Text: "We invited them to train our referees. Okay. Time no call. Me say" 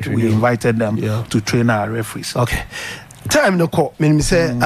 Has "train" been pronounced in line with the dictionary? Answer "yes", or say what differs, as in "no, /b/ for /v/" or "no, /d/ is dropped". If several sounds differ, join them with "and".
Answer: yes